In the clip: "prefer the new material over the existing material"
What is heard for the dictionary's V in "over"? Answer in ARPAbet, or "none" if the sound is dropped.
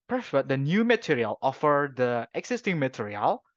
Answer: F